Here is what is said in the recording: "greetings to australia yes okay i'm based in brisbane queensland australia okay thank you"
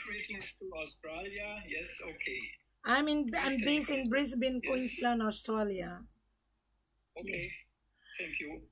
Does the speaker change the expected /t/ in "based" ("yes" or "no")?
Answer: yes